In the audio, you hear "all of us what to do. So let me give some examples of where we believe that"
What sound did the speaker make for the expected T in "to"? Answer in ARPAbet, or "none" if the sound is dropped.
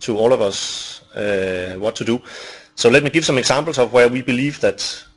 T